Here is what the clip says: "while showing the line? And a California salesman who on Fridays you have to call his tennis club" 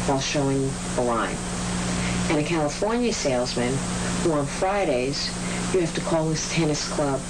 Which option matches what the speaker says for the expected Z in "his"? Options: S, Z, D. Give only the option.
S